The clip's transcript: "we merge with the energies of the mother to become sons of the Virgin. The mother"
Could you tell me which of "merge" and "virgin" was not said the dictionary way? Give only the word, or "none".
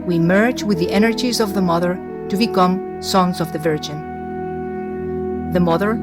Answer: none